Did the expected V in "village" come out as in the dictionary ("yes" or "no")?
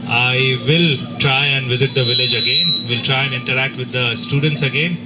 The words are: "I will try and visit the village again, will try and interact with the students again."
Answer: yes